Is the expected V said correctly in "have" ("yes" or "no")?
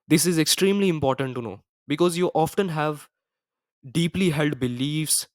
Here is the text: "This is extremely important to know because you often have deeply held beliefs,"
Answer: yes